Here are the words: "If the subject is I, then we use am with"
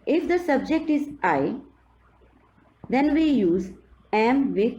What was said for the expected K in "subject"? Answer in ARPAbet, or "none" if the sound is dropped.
K